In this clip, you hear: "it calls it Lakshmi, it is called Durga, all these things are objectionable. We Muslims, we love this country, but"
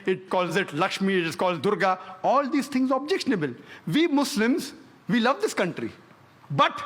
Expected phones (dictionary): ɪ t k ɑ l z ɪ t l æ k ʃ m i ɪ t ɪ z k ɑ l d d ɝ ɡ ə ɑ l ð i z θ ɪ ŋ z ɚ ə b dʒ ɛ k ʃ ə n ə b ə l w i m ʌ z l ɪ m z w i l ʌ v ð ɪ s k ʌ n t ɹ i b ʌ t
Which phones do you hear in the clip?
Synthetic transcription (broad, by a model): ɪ t k ɑ l z ɪ t l æ k ʃ m i ɪ t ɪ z k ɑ l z d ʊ ɡ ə ɑ l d i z t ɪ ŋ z ə b dʒ ɛ k ʃ ə n ə b ə l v i m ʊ s l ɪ m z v i l ʌ v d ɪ s k ʌ n t ɹ i b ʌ t